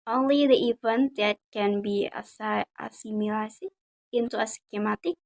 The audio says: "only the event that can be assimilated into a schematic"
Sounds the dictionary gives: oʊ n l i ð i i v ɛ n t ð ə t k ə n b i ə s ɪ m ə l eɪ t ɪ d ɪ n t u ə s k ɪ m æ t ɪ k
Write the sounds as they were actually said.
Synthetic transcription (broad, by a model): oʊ n l i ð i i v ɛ n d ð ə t k ə n b i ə s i m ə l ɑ s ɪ ɪ n t u ə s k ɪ m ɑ t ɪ k